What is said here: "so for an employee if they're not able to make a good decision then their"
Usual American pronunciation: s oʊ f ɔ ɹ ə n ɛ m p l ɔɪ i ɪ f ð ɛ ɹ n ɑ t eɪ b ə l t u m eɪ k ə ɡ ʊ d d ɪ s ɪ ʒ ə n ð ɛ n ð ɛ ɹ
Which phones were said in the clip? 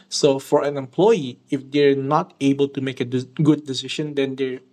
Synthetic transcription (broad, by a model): s oʊ f ɔ ɹ ə n ɛ m p l ɔɪ i ɪ f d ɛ ɹ n ɑ t eɪ b ə l t u m eɪ k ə ɡ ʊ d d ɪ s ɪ ʃ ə n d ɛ n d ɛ ɹ